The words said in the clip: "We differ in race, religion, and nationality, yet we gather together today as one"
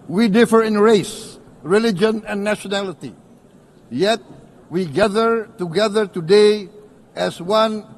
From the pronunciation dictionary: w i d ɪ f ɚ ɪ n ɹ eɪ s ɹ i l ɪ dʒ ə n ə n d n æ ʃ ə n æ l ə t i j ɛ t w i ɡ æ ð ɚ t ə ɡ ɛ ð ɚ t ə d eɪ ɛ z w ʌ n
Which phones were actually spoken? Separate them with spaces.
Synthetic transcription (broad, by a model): w i d ɪ f ɚ ɪ n ɹ eɪ s ɹ i l ɪ dʒ ə n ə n n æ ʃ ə n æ l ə t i j ɛ t w i ɡ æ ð ɚ t ə ɡ ɛ ð ɚ t ə d eɪ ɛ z w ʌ n